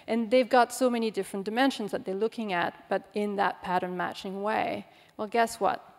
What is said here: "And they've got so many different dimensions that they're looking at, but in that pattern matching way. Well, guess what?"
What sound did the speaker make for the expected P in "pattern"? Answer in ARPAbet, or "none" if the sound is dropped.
P